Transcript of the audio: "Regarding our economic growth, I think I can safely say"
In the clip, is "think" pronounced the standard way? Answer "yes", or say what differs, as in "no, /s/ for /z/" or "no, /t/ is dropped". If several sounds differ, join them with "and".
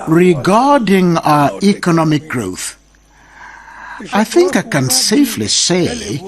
yes